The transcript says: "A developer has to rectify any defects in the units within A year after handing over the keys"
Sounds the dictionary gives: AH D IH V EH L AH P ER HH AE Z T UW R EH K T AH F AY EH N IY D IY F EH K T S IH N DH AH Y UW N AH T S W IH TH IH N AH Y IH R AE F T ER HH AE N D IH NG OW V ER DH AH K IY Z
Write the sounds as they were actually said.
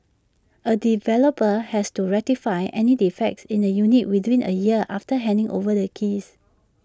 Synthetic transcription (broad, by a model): AH D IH V EH L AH P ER HH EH S T UW R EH T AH F AY EH N IY D IY F EH K T S IH N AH Y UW N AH T W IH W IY N AH Y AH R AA F T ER HH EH N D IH NG OW V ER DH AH K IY S